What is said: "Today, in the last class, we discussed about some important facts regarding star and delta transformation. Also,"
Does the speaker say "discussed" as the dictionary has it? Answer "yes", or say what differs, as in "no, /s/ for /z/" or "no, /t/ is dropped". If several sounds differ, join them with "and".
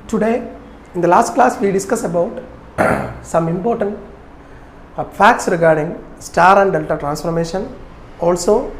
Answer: no, /t/ is dropped